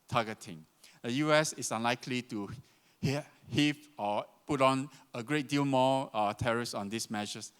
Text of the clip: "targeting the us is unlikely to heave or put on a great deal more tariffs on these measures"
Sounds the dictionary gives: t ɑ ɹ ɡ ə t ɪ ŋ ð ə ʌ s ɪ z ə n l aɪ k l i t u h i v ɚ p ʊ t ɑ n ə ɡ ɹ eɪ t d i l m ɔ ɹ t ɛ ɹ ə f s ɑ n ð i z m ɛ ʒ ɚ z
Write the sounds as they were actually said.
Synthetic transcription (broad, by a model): t ɑ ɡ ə t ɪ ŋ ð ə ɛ s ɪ s ə n l aɪ k l i t u h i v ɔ p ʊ t ɑ n ə ɡ ɹ eɪ t d i l m ɔ t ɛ ɹ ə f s ɑ n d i s m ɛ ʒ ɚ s